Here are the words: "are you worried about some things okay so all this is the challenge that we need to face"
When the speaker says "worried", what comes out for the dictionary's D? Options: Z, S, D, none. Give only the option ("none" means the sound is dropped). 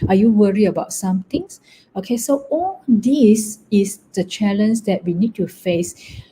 none